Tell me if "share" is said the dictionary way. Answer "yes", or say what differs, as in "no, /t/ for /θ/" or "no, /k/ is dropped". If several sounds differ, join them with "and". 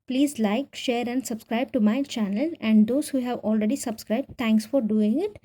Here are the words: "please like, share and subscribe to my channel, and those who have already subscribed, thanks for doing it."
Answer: yes